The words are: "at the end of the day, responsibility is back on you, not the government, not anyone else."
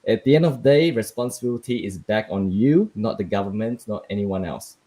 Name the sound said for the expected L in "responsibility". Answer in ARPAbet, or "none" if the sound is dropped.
L